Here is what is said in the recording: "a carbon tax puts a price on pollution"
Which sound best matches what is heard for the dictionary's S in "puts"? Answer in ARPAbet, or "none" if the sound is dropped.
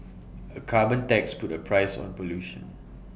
none